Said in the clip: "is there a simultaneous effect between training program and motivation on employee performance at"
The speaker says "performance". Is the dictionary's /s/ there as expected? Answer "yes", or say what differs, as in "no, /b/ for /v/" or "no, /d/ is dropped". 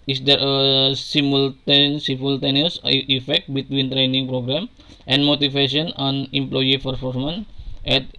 no, /s/ is dropped